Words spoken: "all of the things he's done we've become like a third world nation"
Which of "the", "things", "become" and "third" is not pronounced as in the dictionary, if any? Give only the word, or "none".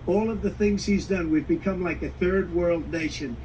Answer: none